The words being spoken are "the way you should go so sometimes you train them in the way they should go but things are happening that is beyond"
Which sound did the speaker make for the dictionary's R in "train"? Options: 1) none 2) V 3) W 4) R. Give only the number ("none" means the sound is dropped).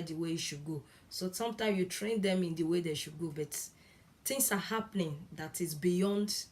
4